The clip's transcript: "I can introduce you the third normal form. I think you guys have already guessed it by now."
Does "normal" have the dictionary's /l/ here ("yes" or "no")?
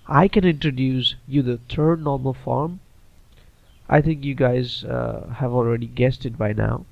yes